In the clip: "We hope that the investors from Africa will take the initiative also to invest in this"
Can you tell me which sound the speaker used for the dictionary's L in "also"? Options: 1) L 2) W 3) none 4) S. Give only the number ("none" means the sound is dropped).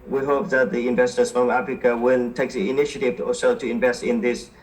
3